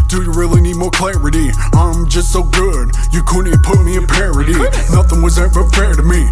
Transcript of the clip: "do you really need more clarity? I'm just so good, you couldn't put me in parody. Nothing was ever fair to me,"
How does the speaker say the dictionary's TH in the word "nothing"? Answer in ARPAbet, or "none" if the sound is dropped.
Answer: TH